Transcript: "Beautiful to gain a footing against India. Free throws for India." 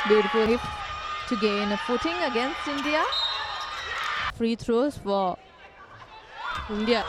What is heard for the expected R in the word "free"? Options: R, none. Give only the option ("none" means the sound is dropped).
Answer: R